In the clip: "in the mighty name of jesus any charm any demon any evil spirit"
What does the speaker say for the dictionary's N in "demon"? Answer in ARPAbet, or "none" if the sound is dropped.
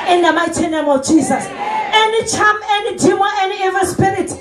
none